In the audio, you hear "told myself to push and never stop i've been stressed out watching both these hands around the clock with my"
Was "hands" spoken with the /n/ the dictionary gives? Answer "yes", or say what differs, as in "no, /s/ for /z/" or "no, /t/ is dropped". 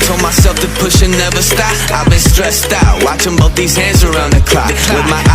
no, /n/ is dropped